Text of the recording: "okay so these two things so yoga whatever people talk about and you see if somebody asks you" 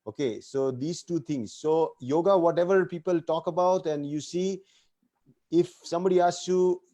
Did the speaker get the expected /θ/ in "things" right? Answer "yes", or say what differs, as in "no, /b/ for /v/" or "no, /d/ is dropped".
no, /t/ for /θ/